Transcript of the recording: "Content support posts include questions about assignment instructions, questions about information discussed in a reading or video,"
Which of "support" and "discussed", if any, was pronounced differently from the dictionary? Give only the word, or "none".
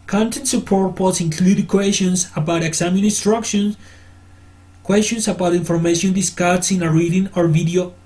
discussed